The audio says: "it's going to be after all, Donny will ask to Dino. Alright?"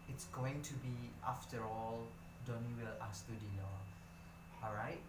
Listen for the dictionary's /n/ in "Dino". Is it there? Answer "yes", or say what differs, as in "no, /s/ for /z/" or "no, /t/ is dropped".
no, /l/ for /n/